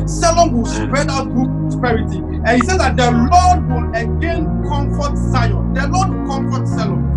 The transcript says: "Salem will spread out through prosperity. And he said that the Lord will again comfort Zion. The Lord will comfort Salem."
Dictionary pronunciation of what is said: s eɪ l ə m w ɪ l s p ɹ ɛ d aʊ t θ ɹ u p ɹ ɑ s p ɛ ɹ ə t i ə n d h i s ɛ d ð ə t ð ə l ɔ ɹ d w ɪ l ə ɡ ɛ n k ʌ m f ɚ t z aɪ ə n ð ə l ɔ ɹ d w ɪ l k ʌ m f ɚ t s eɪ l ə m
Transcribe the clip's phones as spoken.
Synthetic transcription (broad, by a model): s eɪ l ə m w ɪ l s p ɹ ɛ d aʊ t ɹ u p ɹ ɑ s p ɛ ɹ ə t i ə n h i s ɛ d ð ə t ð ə l ɔ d w ɪ l ə ɡ ɛ n k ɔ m f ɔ t s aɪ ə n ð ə l ɔ d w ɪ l k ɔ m f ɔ t s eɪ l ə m